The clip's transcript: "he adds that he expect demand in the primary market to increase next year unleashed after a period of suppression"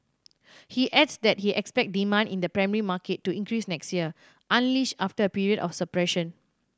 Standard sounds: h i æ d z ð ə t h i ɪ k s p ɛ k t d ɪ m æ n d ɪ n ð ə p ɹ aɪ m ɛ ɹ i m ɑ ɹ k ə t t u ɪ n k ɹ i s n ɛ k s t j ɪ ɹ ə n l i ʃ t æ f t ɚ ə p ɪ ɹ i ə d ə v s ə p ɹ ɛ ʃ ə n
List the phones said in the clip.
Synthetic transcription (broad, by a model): h i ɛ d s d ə t h i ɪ k s p ɛ k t d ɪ m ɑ n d ɪ n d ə p ɹ aɪ m ɛ ɹ i m ɑ k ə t t u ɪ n k ɹ i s n ɛ k s t j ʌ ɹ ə n l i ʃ ɑ f t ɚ ə p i ɹ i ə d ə f s ə p ɹ ɛ ʃ ə n